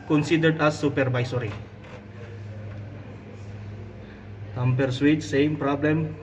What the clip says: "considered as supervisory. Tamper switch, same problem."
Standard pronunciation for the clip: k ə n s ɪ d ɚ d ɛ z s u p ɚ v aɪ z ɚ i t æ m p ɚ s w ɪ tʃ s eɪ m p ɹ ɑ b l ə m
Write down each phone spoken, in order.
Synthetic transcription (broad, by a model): k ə n s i d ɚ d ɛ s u p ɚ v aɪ s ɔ i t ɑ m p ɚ s w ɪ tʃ s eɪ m p ɹ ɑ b l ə m